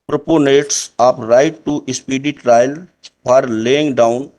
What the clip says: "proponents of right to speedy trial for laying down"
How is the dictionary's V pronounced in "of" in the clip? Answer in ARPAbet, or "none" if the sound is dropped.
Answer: P